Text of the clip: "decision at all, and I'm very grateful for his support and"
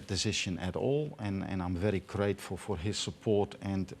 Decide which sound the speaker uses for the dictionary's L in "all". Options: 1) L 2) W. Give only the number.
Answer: 1